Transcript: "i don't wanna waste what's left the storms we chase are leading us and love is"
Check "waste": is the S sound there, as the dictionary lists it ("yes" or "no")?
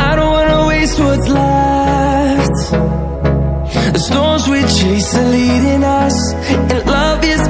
yes